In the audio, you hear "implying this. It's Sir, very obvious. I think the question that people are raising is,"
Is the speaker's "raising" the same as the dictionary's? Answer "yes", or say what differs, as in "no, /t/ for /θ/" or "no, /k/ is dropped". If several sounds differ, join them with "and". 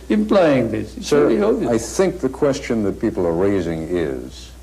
yes